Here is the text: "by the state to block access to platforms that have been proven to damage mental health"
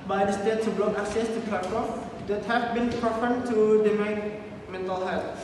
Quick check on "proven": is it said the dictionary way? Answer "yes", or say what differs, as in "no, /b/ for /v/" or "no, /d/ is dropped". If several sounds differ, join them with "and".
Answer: no, /p/ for /v/